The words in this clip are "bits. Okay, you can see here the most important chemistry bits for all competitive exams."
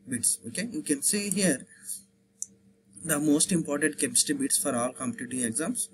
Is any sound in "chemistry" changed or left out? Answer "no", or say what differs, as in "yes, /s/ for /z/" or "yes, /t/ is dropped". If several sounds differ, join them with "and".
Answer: yes, /ɹ/ is dropped